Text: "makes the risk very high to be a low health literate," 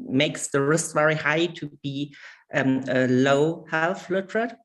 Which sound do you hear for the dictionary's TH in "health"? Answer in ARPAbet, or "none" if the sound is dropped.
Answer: F